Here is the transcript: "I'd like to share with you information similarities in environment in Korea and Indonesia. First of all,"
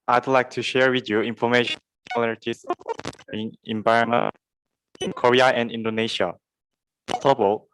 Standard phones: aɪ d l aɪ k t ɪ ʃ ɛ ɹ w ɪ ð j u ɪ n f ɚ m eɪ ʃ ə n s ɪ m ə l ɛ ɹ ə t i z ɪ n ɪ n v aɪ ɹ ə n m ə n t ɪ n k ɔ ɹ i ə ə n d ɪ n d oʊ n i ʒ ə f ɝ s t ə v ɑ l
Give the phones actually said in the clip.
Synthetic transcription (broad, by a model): aɪ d l aɪ k t ɪ ʃ ɛ ɹ w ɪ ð j u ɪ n f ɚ m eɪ ə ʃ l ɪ ə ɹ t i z ɪ n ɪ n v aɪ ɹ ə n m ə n ɪ n k ɔ ɹ i ə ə n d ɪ n d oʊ n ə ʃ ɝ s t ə b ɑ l